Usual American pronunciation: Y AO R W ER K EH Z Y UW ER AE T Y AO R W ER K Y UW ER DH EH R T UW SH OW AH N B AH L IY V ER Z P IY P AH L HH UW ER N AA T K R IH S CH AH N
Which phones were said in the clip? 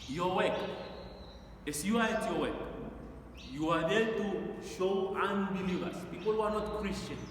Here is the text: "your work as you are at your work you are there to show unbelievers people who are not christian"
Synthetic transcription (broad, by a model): Y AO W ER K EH S Y UW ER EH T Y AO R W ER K Y UW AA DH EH L T UW SH OW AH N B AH L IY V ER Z P IY P AH L HH UW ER N AA T K R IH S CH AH N